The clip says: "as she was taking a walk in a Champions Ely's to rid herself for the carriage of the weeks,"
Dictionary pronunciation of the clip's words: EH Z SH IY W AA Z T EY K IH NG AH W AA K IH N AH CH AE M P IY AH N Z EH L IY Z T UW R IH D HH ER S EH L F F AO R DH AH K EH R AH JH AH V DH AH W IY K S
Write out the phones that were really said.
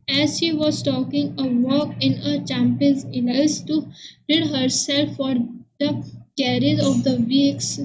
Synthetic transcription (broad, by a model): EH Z SH IY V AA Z T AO K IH NG AH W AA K IH N AH CH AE M P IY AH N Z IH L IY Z T UW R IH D HH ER S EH L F F AO R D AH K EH R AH Z AH V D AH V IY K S